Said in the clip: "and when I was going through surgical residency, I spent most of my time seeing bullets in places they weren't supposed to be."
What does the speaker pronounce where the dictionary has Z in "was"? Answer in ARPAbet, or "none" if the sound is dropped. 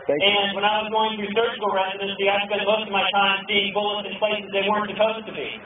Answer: Z